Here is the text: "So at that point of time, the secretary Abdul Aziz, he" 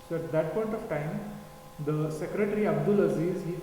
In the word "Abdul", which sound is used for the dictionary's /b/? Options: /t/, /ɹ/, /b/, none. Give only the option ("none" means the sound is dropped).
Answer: /b/